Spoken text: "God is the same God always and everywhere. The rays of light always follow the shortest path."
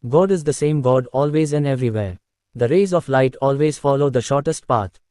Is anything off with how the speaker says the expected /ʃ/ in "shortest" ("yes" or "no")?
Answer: no